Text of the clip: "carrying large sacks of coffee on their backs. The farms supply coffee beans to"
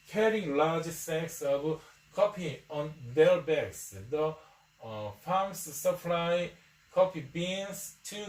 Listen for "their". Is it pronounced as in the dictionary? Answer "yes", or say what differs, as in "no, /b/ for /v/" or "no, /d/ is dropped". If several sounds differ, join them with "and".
no, /l/ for /ɹ/